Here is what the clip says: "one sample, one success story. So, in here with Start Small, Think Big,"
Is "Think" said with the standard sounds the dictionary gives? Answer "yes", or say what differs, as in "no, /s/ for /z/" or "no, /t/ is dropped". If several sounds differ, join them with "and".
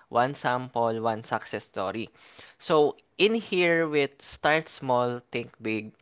no, /t/ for /θ/